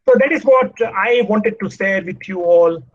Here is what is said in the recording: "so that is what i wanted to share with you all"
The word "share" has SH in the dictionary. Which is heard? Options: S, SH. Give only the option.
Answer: S